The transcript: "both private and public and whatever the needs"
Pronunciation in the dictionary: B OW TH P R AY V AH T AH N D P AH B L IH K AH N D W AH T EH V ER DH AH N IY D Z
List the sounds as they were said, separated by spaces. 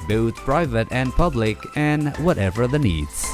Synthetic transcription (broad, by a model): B OW TH P R AY V AH T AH N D P AH B L IH K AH N W AH T EH V ER DH AH N IY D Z